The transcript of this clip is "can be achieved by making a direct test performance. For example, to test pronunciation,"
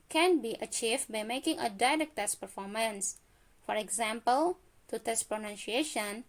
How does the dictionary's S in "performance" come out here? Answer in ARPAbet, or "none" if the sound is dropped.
S